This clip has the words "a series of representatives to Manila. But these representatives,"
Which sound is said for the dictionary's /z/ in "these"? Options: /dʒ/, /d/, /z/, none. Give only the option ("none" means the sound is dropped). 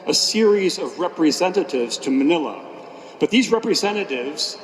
/z/